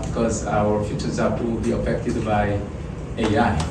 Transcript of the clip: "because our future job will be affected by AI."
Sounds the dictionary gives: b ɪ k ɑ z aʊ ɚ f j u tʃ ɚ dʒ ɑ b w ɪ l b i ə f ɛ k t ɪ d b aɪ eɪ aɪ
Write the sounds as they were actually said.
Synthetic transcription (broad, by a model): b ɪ k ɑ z aʊ ɚ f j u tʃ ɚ z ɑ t w ɪ l b i ə f ɛ k t ɪ d b aɪ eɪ aɪ